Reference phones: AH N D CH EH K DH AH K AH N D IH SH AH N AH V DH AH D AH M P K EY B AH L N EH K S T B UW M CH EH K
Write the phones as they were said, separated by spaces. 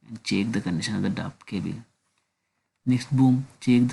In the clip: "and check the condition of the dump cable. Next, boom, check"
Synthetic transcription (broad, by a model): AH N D CH EH K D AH K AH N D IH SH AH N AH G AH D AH P K EY B AH L N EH K S T B UW M CH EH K